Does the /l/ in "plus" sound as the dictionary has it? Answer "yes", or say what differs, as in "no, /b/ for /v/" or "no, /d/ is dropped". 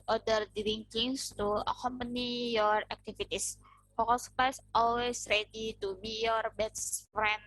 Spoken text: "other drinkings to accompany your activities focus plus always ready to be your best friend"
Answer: no, /l/ is dropped